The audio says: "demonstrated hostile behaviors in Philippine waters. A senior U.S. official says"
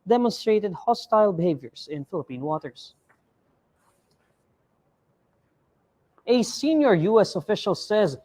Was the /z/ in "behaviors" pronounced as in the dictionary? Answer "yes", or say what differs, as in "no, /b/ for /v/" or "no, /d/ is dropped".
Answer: no, /s/ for /z/